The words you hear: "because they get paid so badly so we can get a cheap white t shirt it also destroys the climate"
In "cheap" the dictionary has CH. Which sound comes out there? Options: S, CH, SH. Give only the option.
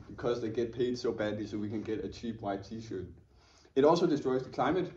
CH